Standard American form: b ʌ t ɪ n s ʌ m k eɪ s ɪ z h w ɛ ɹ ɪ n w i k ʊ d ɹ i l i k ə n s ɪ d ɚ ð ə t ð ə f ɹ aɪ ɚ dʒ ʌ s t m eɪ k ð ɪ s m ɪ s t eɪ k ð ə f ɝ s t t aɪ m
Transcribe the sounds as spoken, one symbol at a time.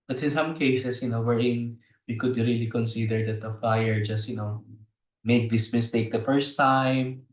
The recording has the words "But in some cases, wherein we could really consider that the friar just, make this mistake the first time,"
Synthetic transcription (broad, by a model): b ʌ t ɪ n s ʌ m k eɪ s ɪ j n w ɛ ɹ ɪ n w i k ʊ d ɹ i l i k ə n s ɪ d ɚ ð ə t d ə f aɪ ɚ dʒ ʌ s t m eɪ k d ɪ s m ɪ s t eɪ k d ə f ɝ s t t aɪ m